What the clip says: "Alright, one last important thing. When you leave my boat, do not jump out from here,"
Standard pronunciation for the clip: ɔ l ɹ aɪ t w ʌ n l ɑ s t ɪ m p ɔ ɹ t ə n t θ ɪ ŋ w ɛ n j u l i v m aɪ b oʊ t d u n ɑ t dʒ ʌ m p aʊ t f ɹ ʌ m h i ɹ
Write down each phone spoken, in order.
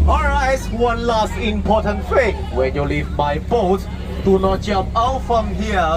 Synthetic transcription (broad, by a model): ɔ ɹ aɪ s w ʌ n l ɑ s t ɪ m p ɔ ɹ t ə n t f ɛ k w ɛ n j u l i v m aɪ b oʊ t d u n ɑ t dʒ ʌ m p aʊ t f ɹ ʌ m h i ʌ